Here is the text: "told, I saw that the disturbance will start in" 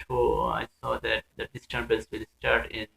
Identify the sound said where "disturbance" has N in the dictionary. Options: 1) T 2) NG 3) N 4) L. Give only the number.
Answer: 4